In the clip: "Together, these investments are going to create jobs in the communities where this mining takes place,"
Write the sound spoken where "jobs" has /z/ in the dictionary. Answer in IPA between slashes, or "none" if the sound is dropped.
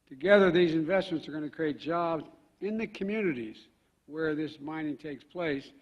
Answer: /z/